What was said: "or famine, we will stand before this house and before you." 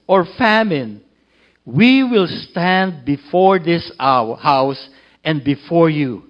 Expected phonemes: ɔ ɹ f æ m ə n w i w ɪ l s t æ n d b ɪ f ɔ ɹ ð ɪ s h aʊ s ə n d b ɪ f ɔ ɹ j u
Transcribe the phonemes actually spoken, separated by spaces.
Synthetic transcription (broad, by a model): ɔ ɹ f æ m ə n w i w ɪ l s t æ n d b ɪ f ɔ ɹ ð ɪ s h aʊ s ə n d b ɪ f ɔ ɹ j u